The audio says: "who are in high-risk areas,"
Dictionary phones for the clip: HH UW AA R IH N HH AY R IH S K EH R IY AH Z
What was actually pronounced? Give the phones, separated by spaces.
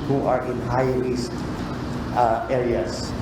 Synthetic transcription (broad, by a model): HH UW AA R IH N HH AY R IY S EH R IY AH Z